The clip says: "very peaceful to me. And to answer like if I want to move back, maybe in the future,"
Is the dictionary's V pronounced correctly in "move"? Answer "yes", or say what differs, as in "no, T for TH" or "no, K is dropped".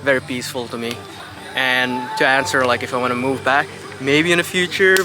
yes